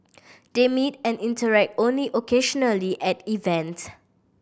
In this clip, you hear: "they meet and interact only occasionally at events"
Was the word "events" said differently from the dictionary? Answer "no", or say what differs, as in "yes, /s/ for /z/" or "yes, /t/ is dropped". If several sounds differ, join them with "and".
yes, /s/ is dropped